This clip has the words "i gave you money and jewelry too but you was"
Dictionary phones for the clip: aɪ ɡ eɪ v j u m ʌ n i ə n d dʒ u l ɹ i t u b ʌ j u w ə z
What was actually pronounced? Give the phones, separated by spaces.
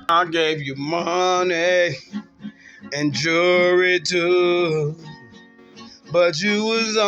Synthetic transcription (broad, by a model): aɪ ɡ eɪ v j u m ʌ n i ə n dʒ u ɹ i t u b ʌ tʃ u w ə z